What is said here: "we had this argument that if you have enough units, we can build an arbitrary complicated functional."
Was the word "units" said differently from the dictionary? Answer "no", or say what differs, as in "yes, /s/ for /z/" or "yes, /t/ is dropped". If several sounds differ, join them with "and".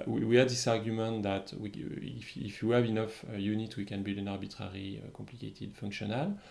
yes, /s/ is dropped